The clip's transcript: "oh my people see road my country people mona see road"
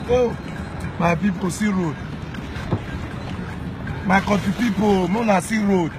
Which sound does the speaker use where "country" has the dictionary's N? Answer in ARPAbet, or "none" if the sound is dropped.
none